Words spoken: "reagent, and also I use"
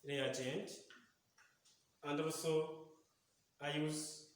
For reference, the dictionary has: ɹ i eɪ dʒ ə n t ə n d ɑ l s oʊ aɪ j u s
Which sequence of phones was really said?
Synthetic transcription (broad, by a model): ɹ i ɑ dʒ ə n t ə n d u s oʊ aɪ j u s